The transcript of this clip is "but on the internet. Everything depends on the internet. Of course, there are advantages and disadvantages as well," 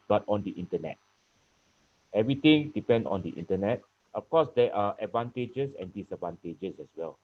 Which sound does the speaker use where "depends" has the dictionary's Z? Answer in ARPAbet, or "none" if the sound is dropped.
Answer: none